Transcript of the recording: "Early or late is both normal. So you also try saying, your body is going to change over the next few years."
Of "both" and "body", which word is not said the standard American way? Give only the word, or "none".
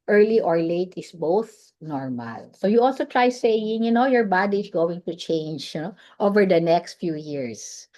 none